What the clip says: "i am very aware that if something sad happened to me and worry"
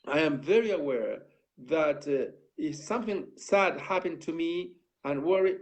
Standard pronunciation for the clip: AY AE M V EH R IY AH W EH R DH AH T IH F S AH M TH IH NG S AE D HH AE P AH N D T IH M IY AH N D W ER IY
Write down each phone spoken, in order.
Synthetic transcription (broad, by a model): AY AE M V EH R IY AH W EH R DH AH T IH F S AH M TH IH NG S AE D HH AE P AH N T IH M IY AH N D W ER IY